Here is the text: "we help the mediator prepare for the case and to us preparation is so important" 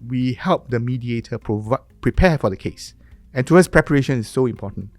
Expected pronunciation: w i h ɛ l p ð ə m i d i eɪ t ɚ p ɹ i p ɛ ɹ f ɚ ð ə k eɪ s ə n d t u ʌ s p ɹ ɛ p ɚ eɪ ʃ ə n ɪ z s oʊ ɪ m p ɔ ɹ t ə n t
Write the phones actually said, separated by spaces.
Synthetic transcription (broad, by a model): w i h ɛ l p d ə m i d i eɪ t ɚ p ɹ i p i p f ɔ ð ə k eɪ s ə n t u ʌ s p ɹ ɛ p ɚ eɪ ʃ ə n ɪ s oʊ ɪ m p ɔ t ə n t